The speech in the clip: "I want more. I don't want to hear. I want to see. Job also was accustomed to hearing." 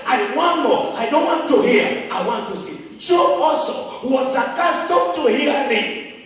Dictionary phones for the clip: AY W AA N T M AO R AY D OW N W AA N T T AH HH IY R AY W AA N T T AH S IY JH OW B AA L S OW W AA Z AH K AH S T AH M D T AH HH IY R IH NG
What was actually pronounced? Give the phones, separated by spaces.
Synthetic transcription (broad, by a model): AY W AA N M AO AY D OW N W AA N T T AH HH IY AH AY W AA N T T AH S IY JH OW AA S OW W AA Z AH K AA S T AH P T AH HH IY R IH